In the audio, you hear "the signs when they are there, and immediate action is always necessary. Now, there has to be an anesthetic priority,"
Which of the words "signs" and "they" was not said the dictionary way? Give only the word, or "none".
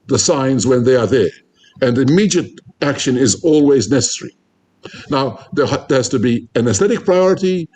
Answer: none